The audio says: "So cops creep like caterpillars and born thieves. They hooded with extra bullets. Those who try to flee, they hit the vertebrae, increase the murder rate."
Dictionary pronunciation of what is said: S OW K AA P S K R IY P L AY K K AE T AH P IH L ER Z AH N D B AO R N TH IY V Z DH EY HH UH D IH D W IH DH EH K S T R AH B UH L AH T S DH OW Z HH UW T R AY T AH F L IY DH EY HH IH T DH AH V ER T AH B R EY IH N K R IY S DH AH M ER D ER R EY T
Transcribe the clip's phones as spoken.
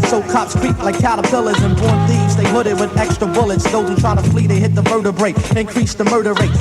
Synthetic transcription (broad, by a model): S OW K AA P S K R IY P L AY K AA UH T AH P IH L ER Z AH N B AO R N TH IY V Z DH EY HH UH D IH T W IH DH EH K S T R AH B UH L AH T S DH OW Z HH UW T R AY T AH F L IY DH EY HH IH T DH AH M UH T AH B R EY IH N K R IY S DH AH M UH D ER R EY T